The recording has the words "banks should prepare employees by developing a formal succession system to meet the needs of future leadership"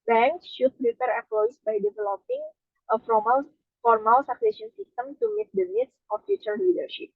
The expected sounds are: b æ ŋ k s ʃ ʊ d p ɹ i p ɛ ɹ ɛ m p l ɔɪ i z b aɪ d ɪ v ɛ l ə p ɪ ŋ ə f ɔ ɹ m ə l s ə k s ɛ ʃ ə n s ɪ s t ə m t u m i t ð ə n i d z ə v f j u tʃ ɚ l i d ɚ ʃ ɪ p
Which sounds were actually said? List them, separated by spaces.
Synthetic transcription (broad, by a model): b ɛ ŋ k s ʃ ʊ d p ɹ i p ɛ ɹ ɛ p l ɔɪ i s b aɪ d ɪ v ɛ l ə p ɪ ŋ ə f ɔ ɹ m ə l s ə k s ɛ s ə n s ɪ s t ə m t u m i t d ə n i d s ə f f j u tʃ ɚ l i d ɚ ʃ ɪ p